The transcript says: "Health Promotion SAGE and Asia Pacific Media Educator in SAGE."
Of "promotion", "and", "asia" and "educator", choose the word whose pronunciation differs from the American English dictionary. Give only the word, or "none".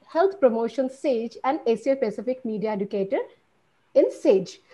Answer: asia